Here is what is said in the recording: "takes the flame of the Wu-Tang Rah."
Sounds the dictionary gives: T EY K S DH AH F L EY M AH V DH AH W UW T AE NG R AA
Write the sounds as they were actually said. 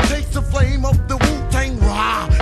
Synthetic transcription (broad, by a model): T EY K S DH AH F L EY M AH V DH AH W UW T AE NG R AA